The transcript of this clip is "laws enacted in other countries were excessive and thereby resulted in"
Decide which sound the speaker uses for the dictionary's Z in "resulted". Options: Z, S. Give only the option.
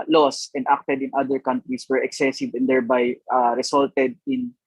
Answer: S